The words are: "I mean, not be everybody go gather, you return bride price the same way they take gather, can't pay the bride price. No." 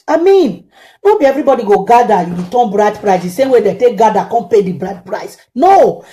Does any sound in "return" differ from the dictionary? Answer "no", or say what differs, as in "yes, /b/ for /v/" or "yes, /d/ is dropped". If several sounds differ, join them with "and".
yes, /w/ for /ɹ/